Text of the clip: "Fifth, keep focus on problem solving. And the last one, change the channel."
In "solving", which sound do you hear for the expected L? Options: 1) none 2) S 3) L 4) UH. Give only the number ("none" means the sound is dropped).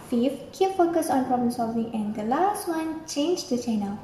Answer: 3